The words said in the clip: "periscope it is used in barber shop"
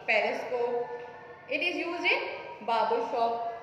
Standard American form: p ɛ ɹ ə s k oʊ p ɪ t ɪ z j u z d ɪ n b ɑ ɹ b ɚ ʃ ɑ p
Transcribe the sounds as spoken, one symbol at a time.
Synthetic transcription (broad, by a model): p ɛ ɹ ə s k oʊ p ɪ t ɪ z j u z ɪ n b ɑ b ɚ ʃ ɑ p